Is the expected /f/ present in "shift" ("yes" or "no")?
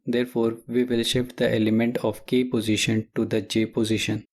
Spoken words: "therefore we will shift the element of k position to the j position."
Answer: no